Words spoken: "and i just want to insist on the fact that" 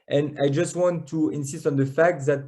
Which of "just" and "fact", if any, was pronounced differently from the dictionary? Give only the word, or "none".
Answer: none